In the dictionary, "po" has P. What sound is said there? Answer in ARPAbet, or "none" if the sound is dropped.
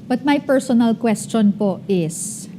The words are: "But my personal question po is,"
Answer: P